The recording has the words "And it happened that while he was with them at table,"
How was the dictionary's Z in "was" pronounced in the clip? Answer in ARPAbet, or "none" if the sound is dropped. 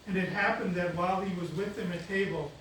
Z